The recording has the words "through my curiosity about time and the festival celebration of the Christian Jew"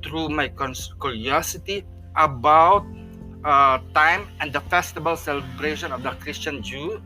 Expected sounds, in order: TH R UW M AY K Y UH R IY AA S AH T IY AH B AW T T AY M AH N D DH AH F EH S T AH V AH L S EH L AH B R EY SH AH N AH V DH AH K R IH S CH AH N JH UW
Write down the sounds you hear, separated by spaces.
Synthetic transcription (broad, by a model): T R UW M AY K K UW R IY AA S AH T IY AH B AW T T AY M AH N D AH F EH S T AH B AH L S EH L AH B R EY SH AH N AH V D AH K R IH S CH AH N JH UW